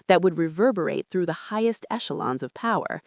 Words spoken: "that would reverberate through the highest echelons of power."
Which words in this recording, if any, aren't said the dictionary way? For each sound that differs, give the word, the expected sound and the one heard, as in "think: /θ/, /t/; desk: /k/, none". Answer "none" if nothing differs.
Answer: none